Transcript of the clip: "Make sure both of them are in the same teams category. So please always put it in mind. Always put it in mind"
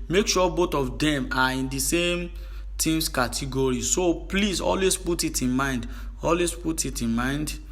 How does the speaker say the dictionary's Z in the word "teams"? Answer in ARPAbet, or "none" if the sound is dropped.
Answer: S